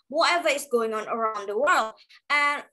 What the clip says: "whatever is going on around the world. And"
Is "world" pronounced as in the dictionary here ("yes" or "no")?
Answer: yes